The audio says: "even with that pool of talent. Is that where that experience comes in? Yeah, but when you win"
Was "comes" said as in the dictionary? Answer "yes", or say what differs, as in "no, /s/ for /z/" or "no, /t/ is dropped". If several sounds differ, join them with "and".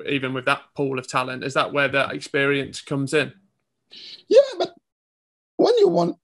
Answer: yes